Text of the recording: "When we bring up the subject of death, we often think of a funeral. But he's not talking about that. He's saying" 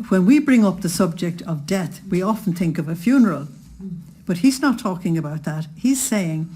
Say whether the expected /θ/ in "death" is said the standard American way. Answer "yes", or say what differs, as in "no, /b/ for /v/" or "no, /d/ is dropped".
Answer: yes